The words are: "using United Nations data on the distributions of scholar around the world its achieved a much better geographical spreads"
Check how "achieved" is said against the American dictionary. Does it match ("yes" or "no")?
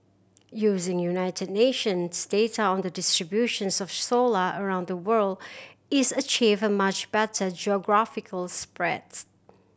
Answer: no